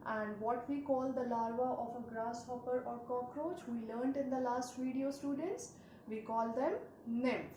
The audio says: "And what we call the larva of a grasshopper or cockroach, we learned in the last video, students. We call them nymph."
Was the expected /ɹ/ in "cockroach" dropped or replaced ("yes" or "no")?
no